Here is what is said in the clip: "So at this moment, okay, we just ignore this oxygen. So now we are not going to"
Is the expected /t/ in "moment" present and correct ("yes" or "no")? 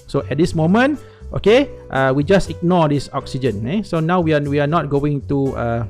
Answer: yes